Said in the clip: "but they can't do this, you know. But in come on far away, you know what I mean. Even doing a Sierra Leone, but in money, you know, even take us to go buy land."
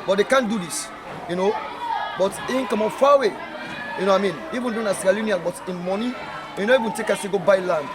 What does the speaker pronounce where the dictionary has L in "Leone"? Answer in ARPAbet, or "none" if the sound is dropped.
N